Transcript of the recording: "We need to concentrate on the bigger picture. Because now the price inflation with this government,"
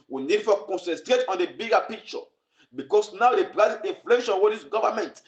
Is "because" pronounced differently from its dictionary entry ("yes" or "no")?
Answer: yes